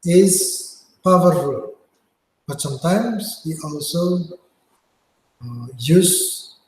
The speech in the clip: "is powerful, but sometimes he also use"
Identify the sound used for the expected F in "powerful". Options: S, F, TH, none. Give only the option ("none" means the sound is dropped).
none